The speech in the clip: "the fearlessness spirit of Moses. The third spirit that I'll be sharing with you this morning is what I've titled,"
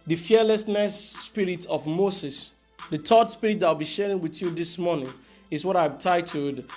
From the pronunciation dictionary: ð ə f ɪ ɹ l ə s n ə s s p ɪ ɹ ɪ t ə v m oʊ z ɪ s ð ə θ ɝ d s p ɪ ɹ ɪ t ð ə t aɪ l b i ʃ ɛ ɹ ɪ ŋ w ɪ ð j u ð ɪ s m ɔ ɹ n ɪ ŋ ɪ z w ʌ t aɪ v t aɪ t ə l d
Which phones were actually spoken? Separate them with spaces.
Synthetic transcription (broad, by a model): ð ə f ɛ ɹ l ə s n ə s s p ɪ ɹ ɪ t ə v m oʊ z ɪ s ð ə t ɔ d s p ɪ ɹ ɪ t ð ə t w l b i ʃ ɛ ɹ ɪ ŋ w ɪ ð j u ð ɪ s m ɔ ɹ n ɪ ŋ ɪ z w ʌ t aɪ v t aɪ t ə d